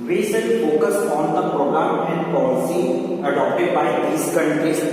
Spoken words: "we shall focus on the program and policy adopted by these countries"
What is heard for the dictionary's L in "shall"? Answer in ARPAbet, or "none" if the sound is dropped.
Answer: N